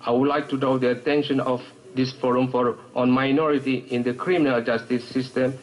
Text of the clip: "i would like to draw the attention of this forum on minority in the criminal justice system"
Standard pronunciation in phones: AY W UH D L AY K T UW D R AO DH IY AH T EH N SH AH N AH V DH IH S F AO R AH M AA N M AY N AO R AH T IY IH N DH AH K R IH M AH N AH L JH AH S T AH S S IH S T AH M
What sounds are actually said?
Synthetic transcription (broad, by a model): AY W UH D L AY K T UW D AO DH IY AH T EH N SH AH N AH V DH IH S F AO R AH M AA N M AY N AO R AH T IY IH N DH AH K R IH M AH N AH L JH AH S T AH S S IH S T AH M